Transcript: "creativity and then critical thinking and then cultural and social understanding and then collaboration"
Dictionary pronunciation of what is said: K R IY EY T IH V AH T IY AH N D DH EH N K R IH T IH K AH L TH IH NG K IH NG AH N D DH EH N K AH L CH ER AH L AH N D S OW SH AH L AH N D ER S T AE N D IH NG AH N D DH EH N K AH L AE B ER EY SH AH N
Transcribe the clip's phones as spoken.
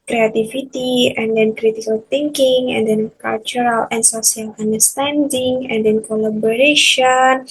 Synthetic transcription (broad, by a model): K R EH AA T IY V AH T IY AH N D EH N K R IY T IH K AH L T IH NG K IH NG AH N D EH N K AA L CH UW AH L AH N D S OW S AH L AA N D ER S T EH N D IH NG AH N D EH N K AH L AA B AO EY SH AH N